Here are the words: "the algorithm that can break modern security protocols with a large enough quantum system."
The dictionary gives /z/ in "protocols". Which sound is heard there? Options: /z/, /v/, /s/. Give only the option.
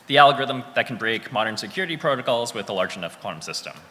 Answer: /z/